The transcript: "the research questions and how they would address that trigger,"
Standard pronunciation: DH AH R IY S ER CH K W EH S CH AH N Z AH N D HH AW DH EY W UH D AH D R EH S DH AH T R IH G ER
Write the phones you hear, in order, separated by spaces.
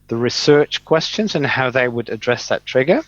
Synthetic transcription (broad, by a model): DH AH R IY S ER CH K W EH S CH AH N Z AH N HH AW DH EY W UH D AH D R EH S DH AH T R IH G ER